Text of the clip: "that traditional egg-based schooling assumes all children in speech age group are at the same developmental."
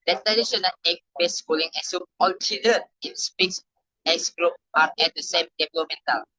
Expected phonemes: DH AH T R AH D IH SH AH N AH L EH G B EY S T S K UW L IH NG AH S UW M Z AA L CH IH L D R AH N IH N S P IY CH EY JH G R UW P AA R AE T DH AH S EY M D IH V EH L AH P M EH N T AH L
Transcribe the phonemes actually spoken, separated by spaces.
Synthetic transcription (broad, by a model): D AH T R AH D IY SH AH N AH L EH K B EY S S K UW L IH NG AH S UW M AA L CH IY L D R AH N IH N S P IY S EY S G R UW P AA R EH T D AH S EY M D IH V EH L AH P M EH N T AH